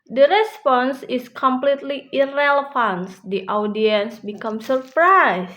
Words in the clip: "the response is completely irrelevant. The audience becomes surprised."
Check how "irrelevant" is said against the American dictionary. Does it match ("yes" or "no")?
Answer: no